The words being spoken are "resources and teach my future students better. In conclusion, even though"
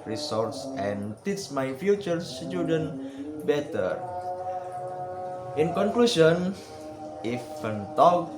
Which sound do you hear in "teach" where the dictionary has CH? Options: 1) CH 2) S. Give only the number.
2